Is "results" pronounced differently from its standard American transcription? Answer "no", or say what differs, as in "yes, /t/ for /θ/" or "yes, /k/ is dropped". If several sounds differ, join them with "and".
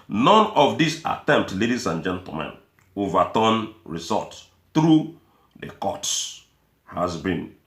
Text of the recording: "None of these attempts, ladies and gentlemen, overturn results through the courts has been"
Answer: yes, /l/ is dropped and /s/ is dropped